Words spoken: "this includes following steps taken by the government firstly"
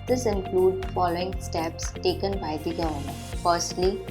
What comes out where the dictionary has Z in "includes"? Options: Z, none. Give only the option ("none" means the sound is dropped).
none